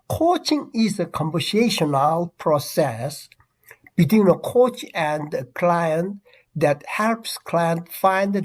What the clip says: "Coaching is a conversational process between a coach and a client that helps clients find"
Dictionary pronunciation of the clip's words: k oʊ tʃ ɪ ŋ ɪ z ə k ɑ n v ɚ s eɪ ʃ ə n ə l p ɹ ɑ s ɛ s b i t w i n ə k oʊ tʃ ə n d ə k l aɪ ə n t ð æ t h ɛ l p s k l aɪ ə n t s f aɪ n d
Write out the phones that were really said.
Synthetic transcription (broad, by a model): k oʊ tʃ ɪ ŋ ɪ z ə k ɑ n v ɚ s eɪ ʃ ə n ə l p ɹ ɑ s ɛ s b i t w i n ə k oʊ tʃ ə n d ə k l aɪ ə n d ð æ t h ɛ l p s k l aɪ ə n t f aɪ n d